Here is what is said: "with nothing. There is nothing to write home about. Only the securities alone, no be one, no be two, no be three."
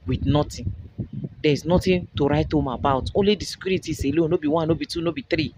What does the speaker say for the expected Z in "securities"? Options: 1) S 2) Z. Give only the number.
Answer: 1